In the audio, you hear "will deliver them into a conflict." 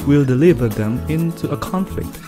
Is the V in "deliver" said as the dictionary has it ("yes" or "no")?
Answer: yes